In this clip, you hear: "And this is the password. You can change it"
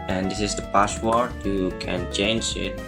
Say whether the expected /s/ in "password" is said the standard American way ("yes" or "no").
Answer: no